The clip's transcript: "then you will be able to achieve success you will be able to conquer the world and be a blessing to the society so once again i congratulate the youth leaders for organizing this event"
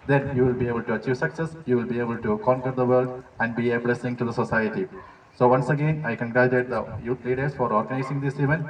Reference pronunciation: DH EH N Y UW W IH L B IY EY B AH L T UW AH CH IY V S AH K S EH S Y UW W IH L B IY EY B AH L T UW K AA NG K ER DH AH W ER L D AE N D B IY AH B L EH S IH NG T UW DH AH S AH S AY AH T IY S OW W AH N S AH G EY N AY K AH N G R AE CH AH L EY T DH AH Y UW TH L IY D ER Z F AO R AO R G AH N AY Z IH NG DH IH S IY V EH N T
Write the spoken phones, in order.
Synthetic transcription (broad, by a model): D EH N Y UW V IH L B IY EY B AH L T UW AH CH IY V S AH K S EH S Y UW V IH L B IY EY B AH L T UW K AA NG K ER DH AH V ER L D AE N D B IY AH B L EH S IH NG T UW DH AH S AH S AY AH T IY S OW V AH N S AH G EY N AY K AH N G R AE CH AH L EY T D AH Y UW T L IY D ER S F AO R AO R G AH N AY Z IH NG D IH S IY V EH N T